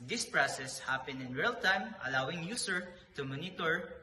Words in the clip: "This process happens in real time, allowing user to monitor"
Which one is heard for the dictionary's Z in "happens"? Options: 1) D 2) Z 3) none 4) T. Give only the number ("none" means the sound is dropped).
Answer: 3